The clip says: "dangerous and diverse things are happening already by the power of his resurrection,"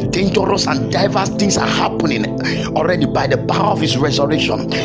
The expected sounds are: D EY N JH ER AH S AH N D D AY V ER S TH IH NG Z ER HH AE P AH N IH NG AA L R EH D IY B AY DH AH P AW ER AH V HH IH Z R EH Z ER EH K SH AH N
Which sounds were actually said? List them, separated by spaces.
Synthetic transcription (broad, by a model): D EY N JH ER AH S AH N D D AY V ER S T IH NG S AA HH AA P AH N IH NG AA L R EH D IY B AY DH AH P AW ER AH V HH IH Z R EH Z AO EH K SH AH N